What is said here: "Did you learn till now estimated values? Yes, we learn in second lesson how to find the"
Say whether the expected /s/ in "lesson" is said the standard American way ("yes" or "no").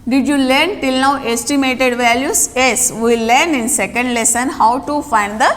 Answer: yes